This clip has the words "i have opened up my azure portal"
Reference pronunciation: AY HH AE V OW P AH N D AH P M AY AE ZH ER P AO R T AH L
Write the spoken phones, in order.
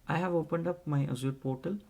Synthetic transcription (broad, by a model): AY HH AE V OW P AH N D AH P M AY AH Z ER P AO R T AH L